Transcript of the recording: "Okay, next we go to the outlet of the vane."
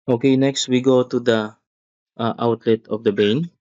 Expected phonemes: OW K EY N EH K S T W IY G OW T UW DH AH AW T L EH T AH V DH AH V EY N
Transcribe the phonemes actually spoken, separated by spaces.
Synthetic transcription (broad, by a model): OW K EY N EH K S T W IY G OW T UW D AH AW T L EH T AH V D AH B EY N